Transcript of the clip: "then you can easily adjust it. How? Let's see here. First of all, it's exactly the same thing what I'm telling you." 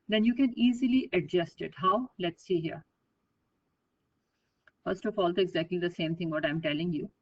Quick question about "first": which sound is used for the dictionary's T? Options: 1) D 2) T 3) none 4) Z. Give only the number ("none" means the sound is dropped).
2